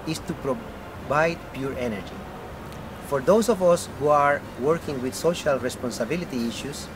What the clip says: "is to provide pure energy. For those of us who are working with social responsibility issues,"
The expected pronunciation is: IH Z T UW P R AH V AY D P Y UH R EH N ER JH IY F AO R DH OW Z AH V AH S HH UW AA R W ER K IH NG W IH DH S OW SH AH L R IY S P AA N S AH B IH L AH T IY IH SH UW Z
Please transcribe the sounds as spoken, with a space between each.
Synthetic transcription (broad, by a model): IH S T UW P R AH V AY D P Y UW R EH N ER JH IY F AO R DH OW S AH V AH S HH UW AA R W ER K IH NG W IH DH S OW SH AH L R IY S P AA N S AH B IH L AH T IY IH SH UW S